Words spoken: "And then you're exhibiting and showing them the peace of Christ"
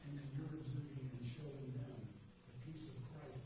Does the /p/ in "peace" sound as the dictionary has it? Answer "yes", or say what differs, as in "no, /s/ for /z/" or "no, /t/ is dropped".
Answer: yes